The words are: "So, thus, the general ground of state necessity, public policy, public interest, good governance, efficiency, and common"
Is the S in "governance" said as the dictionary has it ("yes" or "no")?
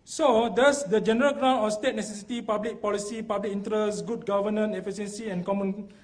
no